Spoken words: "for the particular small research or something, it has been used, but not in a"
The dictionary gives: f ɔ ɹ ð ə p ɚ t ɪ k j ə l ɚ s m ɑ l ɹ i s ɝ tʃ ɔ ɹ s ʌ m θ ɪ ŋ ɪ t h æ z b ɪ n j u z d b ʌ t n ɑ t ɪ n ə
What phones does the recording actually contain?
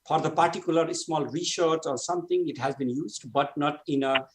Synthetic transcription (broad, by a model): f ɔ ɹ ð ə p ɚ t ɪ k j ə l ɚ s m ɑ l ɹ i ʃ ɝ s ɔ ɹ s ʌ m t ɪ ŋ ɪ t h æ z b ɪ n j u z d b ʌ t n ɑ t ɪ n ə